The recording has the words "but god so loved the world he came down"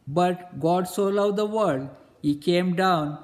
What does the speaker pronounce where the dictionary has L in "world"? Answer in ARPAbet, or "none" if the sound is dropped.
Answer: none